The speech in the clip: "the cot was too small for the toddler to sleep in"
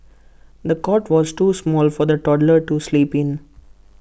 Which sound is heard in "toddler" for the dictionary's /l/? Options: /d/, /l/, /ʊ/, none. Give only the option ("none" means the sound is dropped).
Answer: /l/